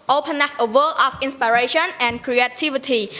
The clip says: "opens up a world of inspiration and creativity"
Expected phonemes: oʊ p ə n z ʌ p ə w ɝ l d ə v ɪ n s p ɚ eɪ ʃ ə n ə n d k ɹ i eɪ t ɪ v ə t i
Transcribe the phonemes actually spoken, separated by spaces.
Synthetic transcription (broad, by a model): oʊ p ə n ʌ f ə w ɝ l ə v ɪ n s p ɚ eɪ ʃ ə n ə n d k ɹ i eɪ t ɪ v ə t i